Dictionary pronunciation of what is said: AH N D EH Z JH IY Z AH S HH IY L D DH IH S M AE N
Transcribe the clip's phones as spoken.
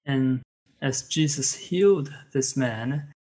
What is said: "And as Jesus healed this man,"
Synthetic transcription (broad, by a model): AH N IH Z JH IY Z AH S HH IY L D DH IH S M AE N